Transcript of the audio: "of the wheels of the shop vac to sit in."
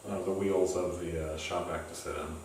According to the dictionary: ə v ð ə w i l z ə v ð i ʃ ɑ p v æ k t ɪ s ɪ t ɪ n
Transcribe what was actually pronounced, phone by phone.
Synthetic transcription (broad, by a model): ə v ð ə w i l z ə v ð i ʃ ɑ p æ k t ɪ s ɪ t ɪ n